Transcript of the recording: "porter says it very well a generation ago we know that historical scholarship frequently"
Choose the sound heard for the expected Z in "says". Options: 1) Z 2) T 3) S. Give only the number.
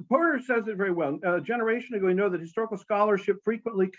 1